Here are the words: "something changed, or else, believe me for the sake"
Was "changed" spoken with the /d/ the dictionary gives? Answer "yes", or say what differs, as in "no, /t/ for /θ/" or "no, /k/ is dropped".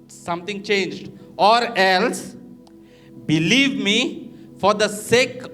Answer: yes